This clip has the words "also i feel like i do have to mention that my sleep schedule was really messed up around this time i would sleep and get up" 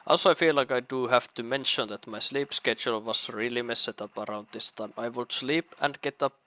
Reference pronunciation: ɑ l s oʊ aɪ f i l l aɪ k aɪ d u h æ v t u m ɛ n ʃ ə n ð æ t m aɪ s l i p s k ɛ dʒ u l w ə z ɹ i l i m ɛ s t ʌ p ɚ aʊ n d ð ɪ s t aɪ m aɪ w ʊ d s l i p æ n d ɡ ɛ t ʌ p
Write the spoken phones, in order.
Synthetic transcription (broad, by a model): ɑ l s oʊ aɪ f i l l aɪ k aɪ d u h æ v t u m ɛ n ʃ ə n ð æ t m aɪ s l i p s k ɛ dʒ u l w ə s ɹ i l i m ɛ s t ʌ p ɚ aʊ n d ð ɪ s t aɪ m aɪ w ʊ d s l i p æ n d ɡ ɛ t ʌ p